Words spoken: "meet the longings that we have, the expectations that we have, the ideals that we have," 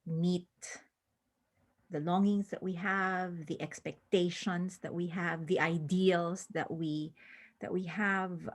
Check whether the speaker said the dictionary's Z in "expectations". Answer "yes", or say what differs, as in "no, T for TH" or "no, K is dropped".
no, S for Z